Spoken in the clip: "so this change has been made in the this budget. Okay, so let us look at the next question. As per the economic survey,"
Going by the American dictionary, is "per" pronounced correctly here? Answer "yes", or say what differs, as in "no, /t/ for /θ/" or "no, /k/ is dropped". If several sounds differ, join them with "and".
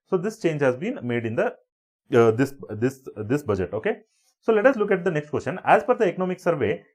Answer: no, /f/ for /p/